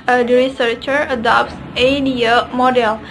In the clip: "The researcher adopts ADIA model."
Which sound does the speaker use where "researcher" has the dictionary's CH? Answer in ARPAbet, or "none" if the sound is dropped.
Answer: CH